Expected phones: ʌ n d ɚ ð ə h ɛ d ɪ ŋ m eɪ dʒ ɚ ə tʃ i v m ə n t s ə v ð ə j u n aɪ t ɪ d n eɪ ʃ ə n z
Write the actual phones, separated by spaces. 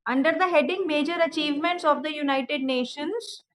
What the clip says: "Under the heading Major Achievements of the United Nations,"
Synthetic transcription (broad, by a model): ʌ n d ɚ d ə h ɛ d ɪ ŋ m eɪ dʒ ɚ ə tʃ i v m ə n t s ə v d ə j u n aɪ t ɪ d n eɪ ʃ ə n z